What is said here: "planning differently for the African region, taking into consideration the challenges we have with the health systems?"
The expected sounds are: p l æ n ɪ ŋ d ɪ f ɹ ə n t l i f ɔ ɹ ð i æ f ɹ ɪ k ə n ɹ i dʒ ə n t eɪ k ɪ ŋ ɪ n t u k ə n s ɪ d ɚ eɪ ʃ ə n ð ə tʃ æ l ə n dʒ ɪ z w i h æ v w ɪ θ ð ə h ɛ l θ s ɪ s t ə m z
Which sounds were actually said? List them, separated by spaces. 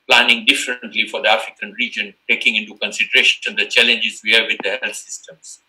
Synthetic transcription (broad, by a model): p l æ n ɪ ŋ d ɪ f ɹ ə n t l i f ɔ ɹ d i æ f ɹ ɪ k ə n ɹ i dʒ ə n t eɪ k ɪ ŋ ɪ n t u k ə n s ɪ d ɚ eɪ ʃ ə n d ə tʃ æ l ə n dʒ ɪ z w i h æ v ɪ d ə h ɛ l s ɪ s t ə m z